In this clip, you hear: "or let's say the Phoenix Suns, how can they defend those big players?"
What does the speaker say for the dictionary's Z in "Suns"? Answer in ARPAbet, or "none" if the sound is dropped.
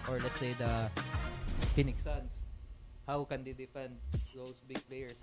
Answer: S